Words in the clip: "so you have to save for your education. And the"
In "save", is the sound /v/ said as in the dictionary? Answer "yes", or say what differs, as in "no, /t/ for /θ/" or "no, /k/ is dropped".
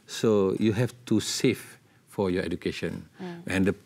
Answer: no, /f/ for /v/